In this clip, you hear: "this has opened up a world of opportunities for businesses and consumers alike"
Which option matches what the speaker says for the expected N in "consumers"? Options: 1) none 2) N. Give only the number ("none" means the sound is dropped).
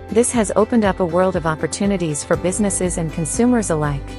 2